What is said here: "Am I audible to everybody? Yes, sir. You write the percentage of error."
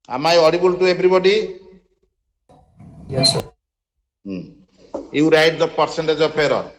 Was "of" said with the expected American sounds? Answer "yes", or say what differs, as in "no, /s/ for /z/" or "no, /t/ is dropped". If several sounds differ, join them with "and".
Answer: no, /p/ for /v/